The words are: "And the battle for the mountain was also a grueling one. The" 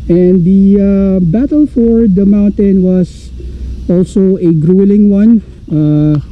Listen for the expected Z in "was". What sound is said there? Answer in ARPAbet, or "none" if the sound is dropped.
S